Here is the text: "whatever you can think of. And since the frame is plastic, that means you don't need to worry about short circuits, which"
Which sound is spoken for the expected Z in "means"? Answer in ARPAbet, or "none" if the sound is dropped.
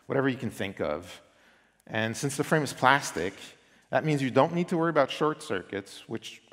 Z